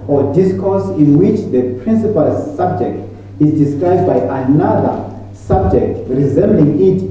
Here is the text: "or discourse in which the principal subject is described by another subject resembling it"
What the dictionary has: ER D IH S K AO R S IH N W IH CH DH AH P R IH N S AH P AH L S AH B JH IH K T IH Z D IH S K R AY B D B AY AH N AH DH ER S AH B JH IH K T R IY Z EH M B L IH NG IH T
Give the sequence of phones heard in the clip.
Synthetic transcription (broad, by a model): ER D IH S K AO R S IH N W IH CH DH AH P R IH N S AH P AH L S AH B JH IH K T IH Z D IH S K R AY B D B AY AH N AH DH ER S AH B JH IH K T R IY Z EH M B L IH NG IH T